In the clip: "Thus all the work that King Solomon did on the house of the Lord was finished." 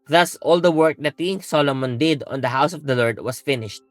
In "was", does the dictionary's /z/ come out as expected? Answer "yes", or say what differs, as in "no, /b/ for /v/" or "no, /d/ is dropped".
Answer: no, /s/ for /z/